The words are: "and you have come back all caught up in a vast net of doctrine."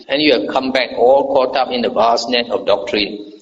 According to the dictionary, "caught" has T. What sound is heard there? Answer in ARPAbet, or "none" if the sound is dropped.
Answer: T